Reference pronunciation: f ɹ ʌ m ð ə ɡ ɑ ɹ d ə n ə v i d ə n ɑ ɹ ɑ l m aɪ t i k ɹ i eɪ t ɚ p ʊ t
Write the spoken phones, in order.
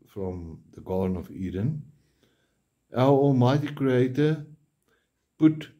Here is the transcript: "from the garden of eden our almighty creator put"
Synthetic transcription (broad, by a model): f ɹ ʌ m ð ə ɡ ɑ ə n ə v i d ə n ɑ l ɑ l m aɪ t i k ɹ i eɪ t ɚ p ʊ t